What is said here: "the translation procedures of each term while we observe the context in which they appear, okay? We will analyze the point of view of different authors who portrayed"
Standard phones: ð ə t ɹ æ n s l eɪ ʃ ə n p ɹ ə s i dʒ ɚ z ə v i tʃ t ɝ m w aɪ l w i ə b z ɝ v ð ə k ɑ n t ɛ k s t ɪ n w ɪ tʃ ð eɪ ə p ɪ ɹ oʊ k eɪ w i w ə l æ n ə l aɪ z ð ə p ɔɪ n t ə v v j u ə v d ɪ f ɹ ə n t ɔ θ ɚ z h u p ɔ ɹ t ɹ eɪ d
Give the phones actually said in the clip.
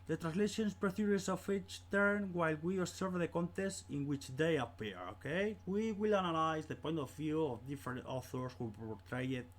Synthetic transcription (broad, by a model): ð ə t ɹ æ n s l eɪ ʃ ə n p ɹ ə θ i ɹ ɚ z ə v i tʃ t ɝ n w aɪ l w i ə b s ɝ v ð ə k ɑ n t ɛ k s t ɪ n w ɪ tʃ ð eɪ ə p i ɹ oʊ k eɪ w i w ə l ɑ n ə l aɪ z ð ə p ɔɪ n t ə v v j u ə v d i f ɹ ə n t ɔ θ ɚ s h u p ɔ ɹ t ɹ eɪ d